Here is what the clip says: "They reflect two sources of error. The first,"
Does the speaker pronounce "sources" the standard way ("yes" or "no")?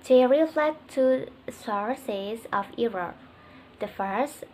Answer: yes